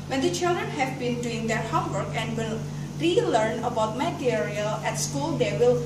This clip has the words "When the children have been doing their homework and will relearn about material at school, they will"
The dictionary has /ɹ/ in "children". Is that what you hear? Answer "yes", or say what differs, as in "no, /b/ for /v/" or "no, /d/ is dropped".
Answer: yes